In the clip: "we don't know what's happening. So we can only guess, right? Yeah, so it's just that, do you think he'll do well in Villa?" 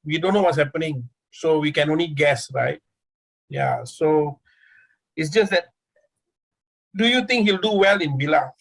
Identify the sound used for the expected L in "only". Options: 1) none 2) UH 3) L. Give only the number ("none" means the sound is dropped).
3